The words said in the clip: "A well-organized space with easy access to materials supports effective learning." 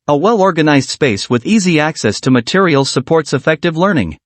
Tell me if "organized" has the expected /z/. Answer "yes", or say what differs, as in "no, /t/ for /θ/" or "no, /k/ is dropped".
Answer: yes